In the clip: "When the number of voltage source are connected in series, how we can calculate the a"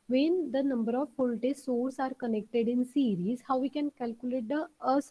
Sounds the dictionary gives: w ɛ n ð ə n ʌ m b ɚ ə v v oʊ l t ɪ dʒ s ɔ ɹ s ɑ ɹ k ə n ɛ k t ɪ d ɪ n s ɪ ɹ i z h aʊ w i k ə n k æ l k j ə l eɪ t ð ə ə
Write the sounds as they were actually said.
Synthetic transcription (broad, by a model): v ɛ n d ə n ʌ m b ɚ ə v p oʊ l t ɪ s ɔ ɹ s ɑ ɹ k ə n ɛ k t ɪ d ɪ n s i ɹ i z h aʊ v i k ə n k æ l k j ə l eɪ t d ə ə